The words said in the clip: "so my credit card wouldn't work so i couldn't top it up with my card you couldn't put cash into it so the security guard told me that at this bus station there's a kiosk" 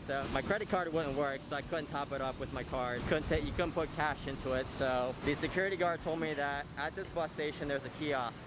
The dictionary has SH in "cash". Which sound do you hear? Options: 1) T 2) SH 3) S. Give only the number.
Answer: 2